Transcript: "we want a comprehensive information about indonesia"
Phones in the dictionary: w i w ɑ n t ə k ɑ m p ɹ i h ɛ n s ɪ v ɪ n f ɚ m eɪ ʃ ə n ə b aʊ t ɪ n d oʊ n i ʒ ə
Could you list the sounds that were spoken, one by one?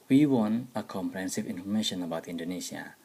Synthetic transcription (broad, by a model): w i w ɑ n ə k ɑ m p ɹ i h ɛ n s ɪ v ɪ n f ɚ m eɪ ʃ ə n ə b aʊ t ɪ n d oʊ n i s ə